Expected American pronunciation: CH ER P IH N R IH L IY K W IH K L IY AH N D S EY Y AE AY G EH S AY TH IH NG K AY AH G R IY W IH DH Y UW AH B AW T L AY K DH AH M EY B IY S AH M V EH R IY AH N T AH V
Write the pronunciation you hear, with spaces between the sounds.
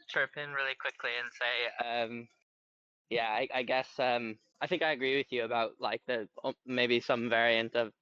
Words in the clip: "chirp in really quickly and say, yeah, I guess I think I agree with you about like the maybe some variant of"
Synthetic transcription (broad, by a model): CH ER P IH N R IH L IY K W IH K L IY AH N S EY Y AE AY G EH S AY TH IH NG K AY AH G R IY W IH DH Y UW AH B AW T L AY K DH AH M EY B IY S AH M V EH R IY AH N T AH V